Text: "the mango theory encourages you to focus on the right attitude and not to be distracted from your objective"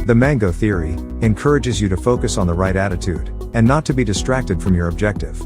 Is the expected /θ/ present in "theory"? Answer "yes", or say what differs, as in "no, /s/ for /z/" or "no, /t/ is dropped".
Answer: yes